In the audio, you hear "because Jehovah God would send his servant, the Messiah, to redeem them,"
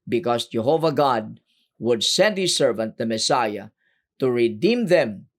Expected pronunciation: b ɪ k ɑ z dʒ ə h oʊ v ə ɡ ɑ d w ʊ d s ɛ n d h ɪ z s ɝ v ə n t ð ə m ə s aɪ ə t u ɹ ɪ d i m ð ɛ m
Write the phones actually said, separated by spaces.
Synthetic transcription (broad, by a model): b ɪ k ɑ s dʒ ə h oʊ v ə ɡ ɑ d w ʊ d s ɛ n d h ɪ s ɝ v ə n t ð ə m ə s aɪ ə t u ɹ ɪ d i m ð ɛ m